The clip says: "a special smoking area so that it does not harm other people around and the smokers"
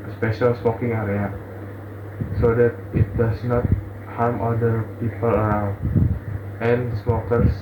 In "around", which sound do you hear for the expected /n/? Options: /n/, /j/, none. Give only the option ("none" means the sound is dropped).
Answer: none